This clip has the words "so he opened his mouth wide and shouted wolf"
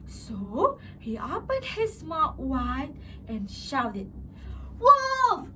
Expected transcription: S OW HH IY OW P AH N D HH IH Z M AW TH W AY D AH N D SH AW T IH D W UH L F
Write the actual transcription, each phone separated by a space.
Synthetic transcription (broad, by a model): S OW HH IY OW P AH N D HH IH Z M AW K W AY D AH N SH AW T IH D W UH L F